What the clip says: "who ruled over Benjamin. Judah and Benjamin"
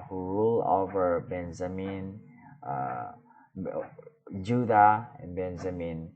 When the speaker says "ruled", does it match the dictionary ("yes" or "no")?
no